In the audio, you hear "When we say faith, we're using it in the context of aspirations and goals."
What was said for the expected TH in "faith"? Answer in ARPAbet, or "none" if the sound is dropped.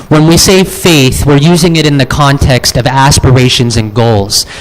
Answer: TH